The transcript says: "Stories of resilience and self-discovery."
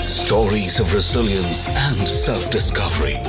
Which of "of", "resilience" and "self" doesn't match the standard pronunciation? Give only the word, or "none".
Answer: none